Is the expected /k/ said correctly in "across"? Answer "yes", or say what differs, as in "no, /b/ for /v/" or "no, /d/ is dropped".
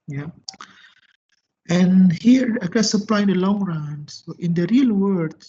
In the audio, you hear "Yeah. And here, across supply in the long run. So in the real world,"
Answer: no, /k/ is dropped